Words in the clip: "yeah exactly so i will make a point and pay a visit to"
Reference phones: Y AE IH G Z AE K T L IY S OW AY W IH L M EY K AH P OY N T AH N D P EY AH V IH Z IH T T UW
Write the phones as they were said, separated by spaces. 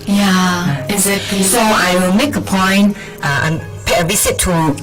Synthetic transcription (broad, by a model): Y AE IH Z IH T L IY S OW AY W IH L M EY K AH P OY N T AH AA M P EY AH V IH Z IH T T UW